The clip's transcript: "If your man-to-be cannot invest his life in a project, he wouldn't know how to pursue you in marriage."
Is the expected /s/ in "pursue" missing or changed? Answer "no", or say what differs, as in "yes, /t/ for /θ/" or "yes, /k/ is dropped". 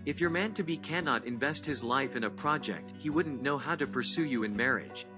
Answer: no